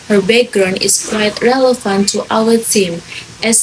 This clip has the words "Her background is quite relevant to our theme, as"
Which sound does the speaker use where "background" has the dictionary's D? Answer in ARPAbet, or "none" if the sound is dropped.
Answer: none